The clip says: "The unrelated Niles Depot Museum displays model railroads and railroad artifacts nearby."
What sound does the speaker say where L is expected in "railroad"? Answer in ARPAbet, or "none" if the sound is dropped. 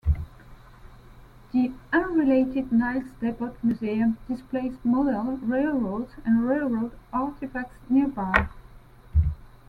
L